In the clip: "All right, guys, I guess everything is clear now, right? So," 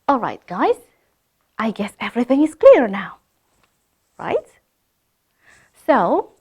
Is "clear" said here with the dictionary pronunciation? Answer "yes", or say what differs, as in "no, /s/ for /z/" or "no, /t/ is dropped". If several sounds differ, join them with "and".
yes